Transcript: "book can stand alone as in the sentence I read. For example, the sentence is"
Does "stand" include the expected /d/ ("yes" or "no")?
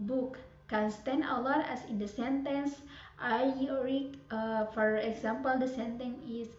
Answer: no